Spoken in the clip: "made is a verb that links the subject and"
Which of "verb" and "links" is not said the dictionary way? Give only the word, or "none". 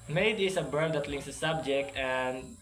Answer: verb